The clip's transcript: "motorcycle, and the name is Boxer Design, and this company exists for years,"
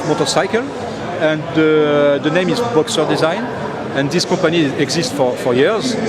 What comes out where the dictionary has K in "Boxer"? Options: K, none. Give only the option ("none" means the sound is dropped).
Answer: K